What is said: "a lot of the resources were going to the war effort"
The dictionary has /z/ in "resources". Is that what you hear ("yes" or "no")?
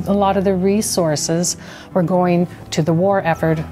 yes